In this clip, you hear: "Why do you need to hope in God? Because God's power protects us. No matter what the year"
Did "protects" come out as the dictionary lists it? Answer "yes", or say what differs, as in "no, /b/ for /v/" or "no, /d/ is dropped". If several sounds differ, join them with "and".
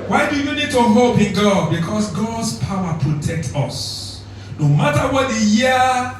no, /s/ is dropped